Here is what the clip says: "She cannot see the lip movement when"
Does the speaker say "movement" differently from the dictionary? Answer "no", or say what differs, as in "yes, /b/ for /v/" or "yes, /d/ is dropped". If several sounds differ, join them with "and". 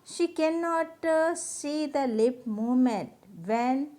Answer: yes, /v/ is dropped